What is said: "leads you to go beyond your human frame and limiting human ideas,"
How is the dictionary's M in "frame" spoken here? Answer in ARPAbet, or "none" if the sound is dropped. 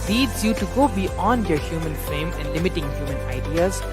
M